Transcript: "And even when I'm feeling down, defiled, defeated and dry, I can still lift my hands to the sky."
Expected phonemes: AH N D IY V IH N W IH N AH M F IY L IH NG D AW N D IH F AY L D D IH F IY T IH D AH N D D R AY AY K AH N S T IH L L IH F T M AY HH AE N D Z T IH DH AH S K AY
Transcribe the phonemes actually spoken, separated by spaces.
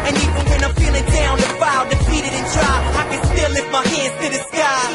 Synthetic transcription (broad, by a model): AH N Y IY IH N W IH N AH F IY L IH NG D AW N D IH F AY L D D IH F IY T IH D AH N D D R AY AY K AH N S T IH L L IH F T M AY HH AE N D Z T IH DH AH S K AY